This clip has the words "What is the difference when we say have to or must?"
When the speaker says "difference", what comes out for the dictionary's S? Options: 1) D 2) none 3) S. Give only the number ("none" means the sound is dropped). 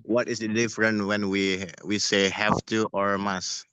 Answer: 2